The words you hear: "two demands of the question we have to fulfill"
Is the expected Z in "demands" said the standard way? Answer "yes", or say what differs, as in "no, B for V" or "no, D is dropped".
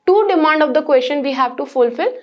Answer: no, Z is dropped